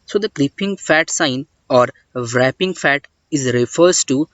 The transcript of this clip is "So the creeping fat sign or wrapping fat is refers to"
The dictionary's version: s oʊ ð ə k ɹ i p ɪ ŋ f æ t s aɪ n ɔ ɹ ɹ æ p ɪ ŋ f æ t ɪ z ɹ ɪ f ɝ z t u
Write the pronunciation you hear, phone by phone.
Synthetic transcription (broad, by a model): s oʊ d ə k l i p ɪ ŋ f æ t s aɪ n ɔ ɹ ɹ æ p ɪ ŋ f æ t ɪ z ɹ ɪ f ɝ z t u